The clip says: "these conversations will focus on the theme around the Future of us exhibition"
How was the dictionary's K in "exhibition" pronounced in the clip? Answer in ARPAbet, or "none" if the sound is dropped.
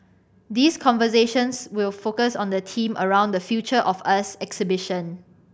K